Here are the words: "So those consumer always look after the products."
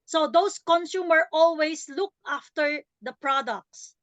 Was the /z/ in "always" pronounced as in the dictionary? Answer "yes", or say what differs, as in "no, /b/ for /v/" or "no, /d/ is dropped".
no, /s/ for /z/